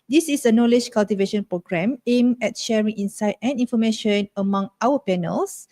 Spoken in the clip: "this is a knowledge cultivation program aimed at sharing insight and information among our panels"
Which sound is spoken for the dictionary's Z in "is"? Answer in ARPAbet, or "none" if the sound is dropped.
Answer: S